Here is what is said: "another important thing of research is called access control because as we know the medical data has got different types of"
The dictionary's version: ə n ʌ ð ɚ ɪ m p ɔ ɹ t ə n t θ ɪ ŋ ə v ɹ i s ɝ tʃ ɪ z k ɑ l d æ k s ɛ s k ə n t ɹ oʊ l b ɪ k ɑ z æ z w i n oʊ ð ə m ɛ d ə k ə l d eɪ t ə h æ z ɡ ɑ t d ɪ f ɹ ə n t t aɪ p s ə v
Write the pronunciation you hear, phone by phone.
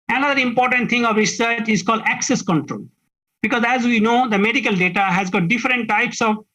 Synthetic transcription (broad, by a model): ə n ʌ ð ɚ ɪ m p ɔ ɹ t ə n t t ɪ ŋ ə v ɹ i s ɝ tʃ ɪ z k ɑ l d æ k s ɛ s k ə n t ɹ oʊ l b ɪ k ɑ z æ z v i n oʊ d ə m ɛ d ə k ə l d eɪ t ə h æ z ɡ ɑ t d ɪ f ɹ ə n t t aɪ p s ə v